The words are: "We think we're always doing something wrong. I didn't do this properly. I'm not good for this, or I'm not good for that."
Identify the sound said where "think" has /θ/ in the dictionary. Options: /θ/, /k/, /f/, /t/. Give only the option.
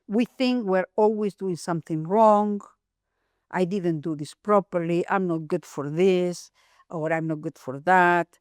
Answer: /θ/